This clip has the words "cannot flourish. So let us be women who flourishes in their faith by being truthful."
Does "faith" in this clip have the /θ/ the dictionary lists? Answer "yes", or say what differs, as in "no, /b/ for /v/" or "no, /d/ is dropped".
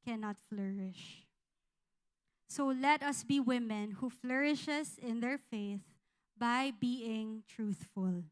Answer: yes